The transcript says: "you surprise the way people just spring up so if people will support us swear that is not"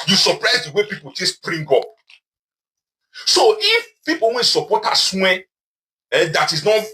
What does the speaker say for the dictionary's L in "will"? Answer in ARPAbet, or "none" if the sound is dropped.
N